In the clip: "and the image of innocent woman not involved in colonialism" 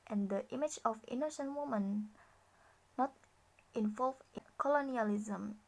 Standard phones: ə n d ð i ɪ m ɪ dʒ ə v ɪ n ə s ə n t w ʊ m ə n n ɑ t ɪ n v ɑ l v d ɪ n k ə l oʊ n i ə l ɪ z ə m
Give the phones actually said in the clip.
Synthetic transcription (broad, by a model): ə n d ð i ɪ m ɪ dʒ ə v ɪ n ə ʃ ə n w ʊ m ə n n ɑ t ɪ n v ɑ l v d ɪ k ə l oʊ n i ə l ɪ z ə m